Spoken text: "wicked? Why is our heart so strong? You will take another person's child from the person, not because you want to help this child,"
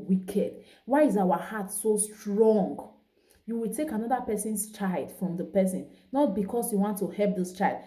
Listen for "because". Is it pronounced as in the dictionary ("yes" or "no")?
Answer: no